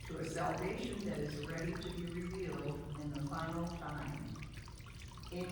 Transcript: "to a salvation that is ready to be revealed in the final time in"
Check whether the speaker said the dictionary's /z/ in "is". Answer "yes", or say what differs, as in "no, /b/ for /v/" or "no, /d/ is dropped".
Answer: yes